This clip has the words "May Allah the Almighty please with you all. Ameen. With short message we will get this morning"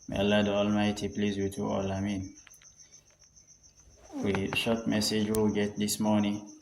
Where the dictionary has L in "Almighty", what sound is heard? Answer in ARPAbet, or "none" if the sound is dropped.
L